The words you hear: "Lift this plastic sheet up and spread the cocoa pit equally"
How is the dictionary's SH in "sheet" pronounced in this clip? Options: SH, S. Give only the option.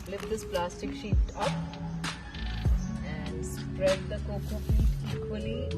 SH